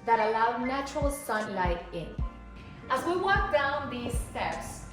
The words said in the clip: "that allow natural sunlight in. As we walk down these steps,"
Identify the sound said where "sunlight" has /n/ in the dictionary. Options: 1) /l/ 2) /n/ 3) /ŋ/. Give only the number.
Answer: 2